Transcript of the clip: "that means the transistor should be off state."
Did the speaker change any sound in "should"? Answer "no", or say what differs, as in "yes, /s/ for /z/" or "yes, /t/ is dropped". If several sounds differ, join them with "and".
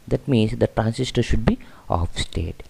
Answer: no